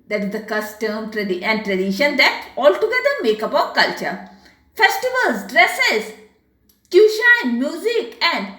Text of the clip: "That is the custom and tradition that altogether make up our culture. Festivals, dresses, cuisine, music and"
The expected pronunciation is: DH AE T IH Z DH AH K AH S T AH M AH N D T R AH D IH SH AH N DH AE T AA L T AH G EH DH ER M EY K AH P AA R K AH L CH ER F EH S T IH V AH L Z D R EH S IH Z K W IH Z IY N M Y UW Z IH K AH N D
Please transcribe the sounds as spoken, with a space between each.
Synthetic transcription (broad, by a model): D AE T IH Z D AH K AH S T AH M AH N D T R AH D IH SH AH N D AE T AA L T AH G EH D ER M EY K AH P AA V K AH L CH ER F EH S T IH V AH L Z D R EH S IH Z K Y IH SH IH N M Y UW Z IH K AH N D